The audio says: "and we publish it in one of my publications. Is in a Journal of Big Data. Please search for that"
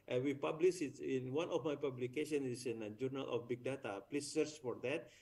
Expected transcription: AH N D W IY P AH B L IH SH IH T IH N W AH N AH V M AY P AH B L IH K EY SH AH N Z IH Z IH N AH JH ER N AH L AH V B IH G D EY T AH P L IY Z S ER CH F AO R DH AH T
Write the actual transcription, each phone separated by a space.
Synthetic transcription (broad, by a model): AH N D W IY P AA B L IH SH IH T IH N W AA N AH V M AY P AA B L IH K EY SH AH N IH S IH N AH JH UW N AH L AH F B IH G D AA T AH P L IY S ER CH F AO R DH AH T